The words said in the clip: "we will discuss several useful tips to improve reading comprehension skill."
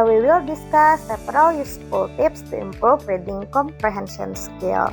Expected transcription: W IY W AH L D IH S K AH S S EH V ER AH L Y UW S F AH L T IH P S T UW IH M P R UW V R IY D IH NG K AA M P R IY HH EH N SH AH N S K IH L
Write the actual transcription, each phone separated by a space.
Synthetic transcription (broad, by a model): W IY W AH L D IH S K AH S S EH P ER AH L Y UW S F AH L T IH P S T UW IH M P R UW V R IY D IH NG K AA M P R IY HH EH N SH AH N S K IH L